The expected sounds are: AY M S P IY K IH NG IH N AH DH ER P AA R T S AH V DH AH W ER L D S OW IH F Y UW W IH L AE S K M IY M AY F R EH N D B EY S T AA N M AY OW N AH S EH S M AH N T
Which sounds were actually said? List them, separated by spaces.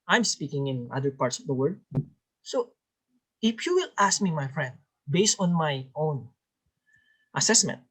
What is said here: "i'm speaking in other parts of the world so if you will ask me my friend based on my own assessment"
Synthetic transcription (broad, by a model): AY M S P IY K IH NG IH N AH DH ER P AA R T S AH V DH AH W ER D S OW IH F Y UW W IH L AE S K M IY M AY F R EH N D B EY S T AA N M AY OW N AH S EH S M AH N T